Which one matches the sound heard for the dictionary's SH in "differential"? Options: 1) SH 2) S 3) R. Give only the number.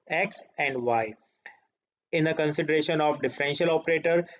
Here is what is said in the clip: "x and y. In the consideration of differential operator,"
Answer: 1